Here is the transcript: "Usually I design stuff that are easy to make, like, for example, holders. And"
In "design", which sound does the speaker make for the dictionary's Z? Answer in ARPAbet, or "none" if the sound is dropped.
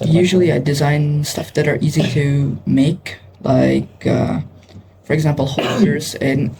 Z